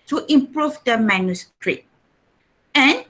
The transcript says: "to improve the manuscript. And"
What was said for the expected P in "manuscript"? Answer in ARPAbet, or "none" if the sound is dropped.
none